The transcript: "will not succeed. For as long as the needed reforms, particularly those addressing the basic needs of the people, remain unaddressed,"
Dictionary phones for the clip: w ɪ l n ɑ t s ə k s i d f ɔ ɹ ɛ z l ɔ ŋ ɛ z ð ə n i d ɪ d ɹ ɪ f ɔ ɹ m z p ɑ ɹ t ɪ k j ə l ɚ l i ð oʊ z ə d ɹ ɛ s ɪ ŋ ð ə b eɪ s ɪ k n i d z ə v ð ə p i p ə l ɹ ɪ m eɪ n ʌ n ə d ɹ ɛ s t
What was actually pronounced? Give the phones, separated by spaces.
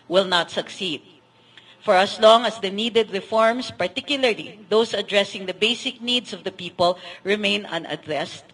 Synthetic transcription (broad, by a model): w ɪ l n ɑ t s ə k s i d f ɔ ɹ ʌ s l ɔ ŋ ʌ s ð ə n i d ɪ d ɹ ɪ f ɔ ɹ m s p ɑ ɹ t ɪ k j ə l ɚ l i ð oʊ s ə d ɹ ɛ s ɪ ŋ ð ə b eɪ s ɪ k n i d s ə v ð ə p i p ə l ɹ ɪ m eɪ n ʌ n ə d ɹ ɛ s t